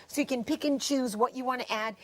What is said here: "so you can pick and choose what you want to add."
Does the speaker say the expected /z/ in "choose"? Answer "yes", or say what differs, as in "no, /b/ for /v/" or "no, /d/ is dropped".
yes